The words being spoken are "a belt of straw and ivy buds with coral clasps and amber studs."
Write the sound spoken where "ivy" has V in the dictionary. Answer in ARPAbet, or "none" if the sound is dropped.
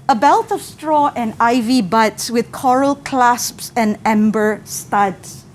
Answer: V